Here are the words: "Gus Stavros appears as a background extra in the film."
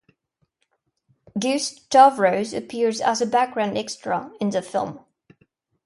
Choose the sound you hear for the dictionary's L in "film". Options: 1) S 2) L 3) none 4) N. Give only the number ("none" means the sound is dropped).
2